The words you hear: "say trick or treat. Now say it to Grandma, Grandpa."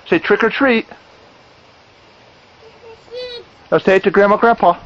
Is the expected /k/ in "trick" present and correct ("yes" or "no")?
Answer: yes